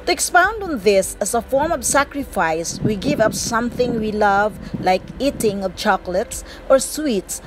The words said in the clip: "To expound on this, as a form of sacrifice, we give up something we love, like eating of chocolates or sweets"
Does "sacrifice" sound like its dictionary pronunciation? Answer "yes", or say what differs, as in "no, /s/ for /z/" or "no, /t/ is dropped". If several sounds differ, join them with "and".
yes